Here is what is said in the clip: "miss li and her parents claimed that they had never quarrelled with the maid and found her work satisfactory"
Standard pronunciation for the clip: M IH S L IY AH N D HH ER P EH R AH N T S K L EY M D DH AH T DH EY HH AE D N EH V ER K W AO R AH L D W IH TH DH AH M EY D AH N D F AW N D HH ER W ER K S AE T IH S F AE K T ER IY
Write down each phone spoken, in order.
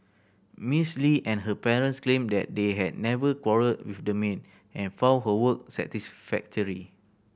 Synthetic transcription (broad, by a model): M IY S L IY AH N HH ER P EH R AH N T S K L EY M D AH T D EY HH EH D N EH V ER K W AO R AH D W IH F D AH M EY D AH N F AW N HH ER W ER K S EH T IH S F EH K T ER IY